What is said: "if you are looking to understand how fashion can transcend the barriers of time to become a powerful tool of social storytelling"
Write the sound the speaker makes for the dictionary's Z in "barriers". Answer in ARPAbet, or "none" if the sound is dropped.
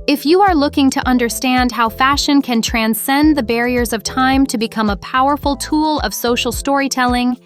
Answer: Z